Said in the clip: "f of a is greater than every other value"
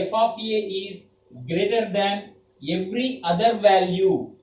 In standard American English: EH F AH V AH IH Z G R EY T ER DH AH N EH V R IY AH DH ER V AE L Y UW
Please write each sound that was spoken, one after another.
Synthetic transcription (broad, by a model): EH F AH F AH IH Z G R EY T ER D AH N EH V R IY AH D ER V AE L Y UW